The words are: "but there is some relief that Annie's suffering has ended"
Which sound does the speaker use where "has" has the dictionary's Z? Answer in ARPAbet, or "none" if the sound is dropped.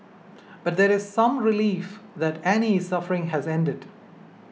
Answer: Z